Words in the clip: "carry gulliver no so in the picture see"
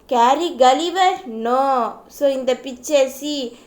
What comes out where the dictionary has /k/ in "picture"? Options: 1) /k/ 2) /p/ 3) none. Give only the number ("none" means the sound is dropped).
3